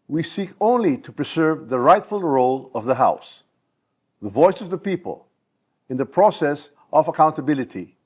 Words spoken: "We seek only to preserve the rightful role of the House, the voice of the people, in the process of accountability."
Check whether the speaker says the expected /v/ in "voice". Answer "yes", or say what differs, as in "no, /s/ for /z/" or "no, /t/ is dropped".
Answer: yes